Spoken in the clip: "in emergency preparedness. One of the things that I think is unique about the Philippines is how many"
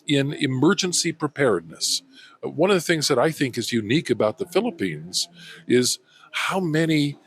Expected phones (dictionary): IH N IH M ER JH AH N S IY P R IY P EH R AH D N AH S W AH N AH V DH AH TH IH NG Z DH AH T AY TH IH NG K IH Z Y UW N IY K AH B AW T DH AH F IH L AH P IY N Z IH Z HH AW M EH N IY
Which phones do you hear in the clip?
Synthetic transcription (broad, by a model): IH N IH M ER JH AH N S IY P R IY P EH R D N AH S W AH N AH V DH AH TH IH NG Z DH AH T AY TH IH NG K IH Z Y UW N IY K AH B AW T DH AH F IH L AH P IY N Z IH Z HH AW M EH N IY